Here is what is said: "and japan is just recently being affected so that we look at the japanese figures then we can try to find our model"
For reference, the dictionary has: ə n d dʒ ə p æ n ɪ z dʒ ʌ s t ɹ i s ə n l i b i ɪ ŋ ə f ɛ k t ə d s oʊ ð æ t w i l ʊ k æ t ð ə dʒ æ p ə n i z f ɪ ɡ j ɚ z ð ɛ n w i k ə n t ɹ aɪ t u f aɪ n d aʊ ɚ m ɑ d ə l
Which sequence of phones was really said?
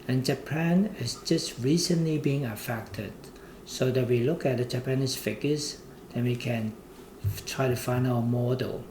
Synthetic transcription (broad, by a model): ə n dʒ ə p æ n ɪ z dʒ ʌ s t ɹ i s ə n l i b i ɪ ŋ ə f ɛ k t ə d s oʊ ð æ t w i l ʊ k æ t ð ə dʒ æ p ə n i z f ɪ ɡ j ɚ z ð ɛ n w i k ə n t ɹ aɪ t u f aɪ n d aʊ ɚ m ɑ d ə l